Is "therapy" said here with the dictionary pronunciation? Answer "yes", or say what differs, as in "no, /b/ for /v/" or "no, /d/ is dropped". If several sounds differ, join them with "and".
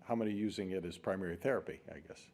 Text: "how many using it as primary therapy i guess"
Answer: yes